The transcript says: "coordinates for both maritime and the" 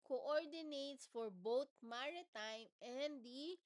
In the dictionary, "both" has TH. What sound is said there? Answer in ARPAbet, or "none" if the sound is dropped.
T